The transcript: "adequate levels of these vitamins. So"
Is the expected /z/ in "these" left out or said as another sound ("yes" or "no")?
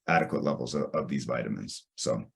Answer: no